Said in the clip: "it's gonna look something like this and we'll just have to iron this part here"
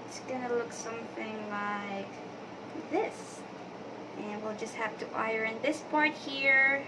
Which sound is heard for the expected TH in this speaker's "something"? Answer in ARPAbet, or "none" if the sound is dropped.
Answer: TH